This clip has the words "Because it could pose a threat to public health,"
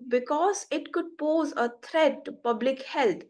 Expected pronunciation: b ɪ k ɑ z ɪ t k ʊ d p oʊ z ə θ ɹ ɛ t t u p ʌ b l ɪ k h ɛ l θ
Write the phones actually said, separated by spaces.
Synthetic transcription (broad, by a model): b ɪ k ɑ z ɪ t k ʊ d p oʊ z ə t ɹ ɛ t t u p ʌ b l ɪ k h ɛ l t